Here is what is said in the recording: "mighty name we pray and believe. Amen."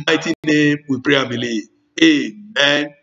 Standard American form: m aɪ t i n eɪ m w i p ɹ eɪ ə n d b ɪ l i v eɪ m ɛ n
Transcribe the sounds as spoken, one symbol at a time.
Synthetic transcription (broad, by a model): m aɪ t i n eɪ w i p ɹ eɪ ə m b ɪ l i eɪ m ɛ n